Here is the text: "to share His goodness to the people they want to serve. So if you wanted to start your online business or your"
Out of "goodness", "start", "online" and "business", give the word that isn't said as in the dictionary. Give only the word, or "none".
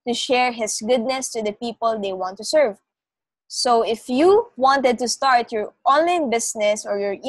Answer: business